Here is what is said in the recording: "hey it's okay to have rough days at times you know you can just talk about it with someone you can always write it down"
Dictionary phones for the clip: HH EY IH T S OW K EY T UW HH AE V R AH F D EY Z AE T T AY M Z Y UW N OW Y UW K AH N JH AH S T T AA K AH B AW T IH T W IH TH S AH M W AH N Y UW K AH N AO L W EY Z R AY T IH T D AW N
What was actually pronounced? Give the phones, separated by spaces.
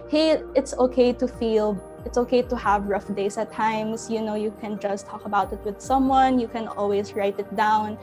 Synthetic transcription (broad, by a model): HH EY IH T S OW K EY T UW HH AE V R AH F D EY S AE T T AY M S Y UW N OW Y UW K AH N JH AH S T T AA K AH B AW T IH T W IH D S AH M W AH N Y UW K AH N AO L W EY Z R AY T IH T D AW N